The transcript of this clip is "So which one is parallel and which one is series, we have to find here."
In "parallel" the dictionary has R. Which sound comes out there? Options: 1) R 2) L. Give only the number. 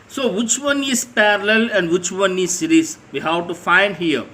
1